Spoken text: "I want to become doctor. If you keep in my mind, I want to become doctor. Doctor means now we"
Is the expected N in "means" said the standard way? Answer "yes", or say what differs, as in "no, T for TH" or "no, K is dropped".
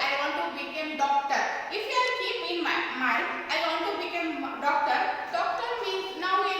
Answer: no, N is dropped